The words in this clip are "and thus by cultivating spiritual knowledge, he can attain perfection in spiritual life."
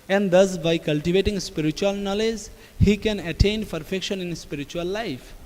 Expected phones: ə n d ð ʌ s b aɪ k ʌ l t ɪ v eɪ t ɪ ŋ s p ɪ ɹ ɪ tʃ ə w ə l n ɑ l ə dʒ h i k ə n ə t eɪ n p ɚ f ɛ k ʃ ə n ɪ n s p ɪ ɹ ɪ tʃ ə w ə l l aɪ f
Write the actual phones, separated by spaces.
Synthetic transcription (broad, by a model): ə n d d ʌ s b aɪ k ʌ l t ɪ v eɪ t ɪ ŋ s p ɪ ɹ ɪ tʃ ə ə l n ɑ l ə dʒ h i k ə n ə t eɪ n p ɚ f ɛ k ʃ ə n ɪ n s p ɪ ɹ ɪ tʃ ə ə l l aɪ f